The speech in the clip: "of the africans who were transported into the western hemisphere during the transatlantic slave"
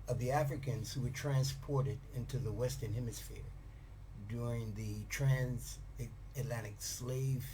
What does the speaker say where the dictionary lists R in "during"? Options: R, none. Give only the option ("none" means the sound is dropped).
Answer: R